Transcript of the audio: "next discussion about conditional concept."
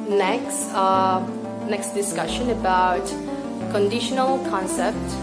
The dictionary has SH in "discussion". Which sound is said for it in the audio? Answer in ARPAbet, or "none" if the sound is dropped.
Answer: SH